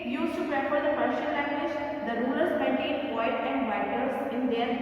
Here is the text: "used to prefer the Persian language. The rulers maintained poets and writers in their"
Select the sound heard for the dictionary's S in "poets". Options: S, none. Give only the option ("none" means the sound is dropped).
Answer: none